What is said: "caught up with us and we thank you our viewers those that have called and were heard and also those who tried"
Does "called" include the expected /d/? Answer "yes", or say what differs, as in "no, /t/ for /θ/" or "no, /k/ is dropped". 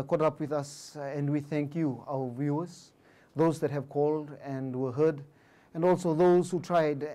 yes